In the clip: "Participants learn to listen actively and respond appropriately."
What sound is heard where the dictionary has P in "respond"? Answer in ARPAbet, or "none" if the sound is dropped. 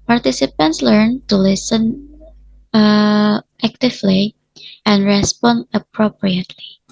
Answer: P